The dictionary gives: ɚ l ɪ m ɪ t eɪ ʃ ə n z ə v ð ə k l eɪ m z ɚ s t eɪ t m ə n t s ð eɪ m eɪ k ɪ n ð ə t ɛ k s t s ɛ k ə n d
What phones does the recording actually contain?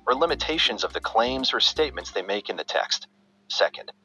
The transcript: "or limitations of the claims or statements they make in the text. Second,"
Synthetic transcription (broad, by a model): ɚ l ɪ m ɪ t eɪ ʃ ə n z ə v ð ə k l eɪ m z ɚ s t eɪ t m ə n t s ð eɪ m eɪ k ɪ n ð ə t ɛ k s t s ɛ k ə n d